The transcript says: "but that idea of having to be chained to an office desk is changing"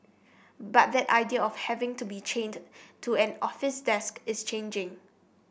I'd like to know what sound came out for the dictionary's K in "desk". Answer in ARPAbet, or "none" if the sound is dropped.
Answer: K